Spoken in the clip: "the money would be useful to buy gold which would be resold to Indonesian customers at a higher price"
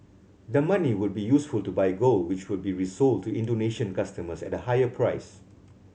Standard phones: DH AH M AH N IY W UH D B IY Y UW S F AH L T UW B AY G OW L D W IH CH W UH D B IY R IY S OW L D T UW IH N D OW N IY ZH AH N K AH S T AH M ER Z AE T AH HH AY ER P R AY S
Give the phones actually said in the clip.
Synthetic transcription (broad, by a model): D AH M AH N IY W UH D B IY Y UW S F AH L T UW B AY G OW L W IH CH W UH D B IY R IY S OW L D T UW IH N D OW N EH SH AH N K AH S T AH M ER S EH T AH HH AY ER P R AY S